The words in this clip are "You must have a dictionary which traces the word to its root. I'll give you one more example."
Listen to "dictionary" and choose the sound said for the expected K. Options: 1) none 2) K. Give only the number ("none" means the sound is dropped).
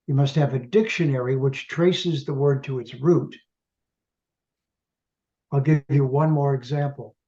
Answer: 2